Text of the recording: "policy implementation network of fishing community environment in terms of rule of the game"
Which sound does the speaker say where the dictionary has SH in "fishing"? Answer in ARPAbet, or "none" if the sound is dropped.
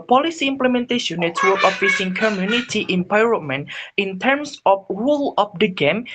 S